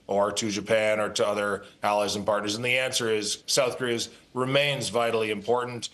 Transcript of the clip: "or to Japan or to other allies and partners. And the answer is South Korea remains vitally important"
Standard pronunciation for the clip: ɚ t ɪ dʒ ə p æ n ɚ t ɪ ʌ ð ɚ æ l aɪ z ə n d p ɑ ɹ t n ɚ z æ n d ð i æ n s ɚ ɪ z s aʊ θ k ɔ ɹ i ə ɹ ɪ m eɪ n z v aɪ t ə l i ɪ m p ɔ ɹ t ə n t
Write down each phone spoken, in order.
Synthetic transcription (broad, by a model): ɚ t ɪ dʒ ə p æ n ɚ t ɪ ʌ ð ɚ æ l aɪ z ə n p ɑ ɹ t n ɚ z n ð i æ n s ɚ ɪ z s aʊ θ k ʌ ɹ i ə ɹ ɪ m eɪ n z v aɪ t l i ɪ m p ɔ ɹ t n t